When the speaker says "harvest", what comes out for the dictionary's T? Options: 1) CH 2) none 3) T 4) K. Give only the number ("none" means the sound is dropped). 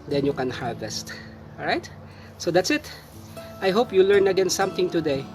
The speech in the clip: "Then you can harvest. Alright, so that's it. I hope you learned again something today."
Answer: 3